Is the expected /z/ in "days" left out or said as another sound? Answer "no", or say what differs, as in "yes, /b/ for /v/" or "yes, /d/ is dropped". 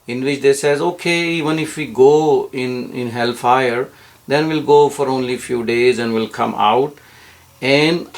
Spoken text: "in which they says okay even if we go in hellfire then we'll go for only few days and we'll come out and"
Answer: no